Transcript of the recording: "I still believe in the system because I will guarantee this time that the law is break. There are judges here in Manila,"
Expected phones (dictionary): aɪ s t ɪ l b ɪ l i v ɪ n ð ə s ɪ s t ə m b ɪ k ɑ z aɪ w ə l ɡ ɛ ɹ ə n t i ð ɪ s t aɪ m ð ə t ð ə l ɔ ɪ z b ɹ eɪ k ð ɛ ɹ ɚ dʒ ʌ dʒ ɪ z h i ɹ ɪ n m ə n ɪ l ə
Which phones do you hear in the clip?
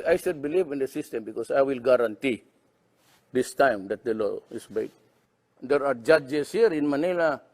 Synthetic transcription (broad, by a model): aɪ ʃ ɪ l b ɪ l i v ɪ n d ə s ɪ s t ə m b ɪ k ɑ s aɪ w ə l ɡ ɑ ɹ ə n t i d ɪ s t aɪ m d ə t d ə l ɔ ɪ s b eɪ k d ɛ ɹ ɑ dʒ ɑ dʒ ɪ s h i ɹ ɪ n m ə n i l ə